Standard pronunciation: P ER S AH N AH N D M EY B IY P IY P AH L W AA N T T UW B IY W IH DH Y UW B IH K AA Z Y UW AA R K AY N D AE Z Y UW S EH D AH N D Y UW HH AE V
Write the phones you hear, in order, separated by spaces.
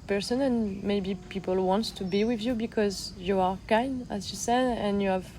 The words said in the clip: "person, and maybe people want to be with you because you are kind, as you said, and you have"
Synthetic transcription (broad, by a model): P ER S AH N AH N M EY B IY P IY P AH L W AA N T T UW B IY W IH DH Y UW B IH K AA Z Y UW AA R K AY N D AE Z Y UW S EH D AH N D Y UW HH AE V